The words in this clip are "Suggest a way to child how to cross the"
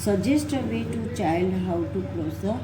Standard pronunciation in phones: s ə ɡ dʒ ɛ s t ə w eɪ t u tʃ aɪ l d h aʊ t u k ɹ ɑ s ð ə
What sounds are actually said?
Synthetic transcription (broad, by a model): s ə dʒ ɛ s t ə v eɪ t u tʃ aɪ l d h aʊ t u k l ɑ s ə